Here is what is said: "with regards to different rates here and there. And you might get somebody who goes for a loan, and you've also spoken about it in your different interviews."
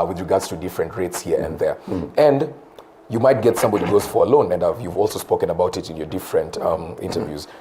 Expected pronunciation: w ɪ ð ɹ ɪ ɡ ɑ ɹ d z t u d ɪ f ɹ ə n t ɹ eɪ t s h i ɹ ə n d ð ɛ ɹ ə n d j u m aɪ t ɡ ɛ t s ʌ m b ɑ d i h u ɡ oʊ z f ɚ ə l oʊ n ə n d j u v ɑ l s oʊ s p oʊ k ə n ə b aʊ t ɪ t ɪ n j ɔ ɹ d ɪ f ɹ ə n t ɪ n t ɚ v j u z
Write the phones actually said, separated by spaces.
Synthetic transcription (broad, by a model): w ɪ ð ɹ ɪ ɡ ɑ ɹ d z t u d ɪ f ɹ ə n t ɹ eɪ t s h i ɹ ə n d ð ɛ ɹ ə n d j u m aɪ t ɡ ɛ t s ʌ m b ɑ d i ɡ oʊ z f ɚ ə l oʊ n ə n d j u v ɑ l s oʊ s p oʊ k ə n ə b aʊ t ɪ t ɪ n j ɔ ɹ d ɪ f ɹ ə n t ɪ n t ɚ v j u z